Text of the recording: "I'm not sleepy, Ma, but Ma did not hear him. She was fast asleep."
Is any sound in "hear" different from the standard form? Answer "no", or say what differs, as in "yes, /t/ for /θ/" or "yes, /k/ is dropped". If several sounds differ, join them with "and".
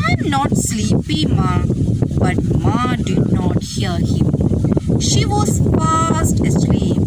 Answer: yes, /l/ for /ɹ/